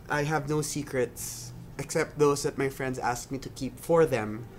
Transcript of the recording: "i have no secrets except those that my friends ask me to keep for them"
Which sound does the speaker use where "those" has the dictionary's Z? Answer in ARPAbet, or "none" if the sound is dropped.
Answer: S